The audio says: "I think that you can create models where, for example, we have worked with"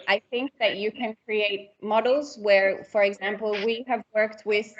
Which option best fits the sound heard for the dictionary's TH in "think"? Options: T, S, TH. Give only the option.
TH